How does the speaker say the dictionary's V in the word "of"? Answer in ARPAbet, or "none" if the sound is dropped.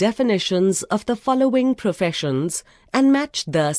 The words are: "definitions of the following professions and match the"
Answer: V